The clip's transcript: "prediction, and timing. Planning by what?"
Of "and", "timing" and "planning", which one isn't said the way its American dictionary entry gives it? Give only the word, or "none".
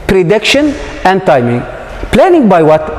none